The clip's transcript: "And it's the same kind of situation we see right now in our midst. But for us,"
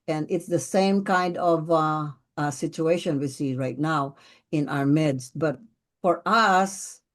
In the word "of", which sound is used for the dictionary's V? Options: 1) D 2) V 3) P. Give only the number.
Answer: 2